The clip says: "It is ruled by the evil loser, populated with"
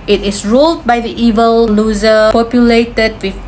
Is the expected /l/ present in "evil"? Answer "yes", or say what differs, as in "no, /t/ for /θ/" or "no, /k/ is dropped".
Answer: yes